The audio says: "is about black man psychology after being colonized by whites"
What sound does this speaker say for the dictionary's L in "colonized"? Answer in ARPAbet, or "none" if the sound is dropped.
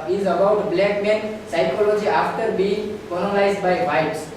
N